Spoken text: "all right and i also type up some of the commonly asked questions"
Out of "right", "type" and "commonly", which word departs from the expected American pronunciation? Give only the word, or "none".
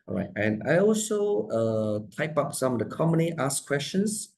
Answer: commonly